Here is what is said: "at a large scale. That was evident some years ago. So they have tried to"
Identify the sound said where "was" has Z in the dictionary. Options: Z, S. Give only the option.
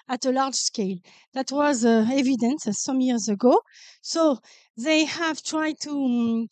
Z